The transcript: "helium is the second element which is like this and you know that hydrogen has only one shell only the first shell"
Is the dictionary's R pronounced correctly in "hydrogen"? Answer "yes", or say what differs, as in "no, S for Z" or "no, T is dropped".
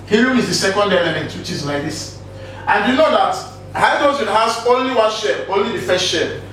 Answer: no, R is dropped